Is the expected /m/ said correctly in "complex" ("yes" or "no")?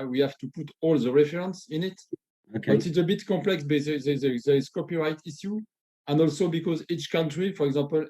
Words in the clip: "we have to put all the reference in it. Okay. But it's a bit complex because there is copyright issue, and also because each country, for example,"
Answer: no